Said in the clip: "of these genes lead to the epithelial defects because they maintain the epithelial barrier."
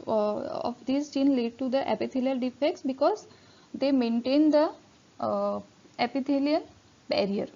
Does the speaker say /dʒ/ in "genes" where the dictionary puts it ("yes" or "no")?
no